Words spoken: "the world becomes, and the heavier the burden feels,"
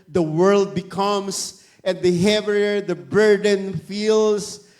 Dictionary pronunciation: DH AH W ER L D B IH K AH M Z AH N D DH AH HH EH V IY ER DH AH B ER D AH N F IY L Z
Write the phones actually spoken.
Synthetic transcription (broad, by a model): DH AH W ER L D B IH K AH M S AH N D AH HH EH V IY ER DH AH B ER D AH N F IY L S